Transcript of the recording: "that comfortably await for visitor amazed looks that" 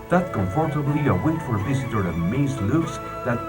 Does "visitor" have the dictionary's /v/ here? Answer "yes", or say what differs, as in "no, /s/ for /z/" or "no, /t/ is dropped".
yes